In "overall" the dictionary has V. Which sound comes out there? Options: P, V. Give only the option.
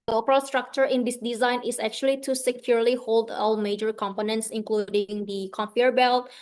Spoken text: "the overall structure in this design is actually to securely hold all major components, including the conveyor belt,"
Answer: P